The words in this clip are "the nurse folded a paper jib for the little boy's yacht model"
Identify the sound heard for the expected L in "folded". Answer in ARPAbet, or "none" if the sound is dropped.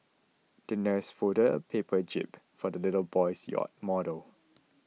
none